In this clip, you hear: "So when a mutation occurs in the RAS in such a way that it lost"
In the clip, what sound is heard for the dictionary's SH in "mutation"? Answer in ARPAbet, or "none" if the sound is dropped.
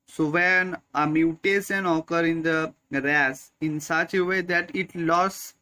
S